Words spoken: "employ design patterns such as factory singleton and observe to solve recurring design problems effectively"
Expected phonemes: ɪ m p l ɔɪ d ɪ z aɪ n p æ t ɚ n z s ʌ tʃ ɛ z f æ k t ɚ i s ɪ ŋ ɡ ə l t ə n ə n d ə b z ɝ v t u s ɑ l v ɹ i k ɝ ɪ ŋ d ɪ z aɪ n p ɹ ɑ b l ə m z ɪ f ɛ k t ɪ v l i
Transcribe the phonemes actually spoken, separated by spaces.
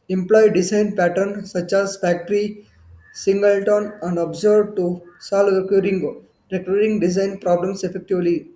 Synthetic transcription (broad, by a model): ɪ m p l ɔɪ d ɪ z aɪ n p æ t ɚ n s ʌ tʃ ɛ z f æ k t ɚ i s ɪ ŋ ɡ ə l t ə n ə n d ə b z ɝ b t u s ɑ l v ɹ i k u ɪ ŋ d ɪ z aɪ n p ɹ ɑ b l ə m s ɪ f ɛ k t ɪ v l i